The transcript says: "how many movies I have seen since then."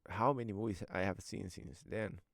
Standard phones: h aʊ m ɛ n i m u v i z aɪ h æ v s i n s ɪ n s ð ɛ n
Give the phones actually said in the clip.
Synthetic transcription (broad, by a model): h aʊ m ɛ n i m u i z aɪ h æ v s i n s ɪ n s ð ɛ n